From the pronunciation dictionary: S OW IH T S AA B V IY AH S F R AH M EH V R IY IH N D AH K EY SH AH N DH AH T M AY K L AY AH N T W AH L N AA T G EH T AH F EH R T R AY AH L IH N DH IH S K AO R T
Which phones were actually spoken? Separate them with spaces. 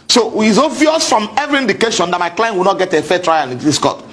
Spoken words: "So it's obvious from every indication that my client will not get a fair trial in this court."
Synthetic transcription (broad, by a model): S OW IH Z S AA V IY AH S F R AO M EH V R IY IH N D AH K EY SH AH N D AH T M AY K L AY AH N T W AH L N AA T G EH T AH F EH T R AY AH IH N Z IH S K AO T